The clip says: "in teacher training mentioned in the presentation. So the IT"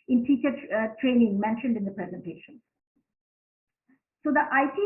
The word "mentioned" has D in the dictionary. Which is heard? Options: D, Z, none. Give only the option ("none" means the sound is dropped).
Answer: D